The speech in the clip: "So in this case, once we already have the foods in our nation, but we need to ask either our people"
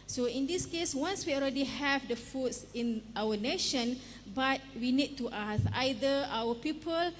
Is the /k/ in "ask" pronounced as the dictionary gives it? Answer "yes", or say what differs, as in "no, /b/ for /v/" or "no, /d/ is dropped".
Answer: no, /k/ is dropped